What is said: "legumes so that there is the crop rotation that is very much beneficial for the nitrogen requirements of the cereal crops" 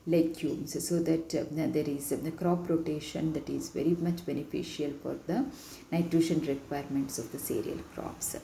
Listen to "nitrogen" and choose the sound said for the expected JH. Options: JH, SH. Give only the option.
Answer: SH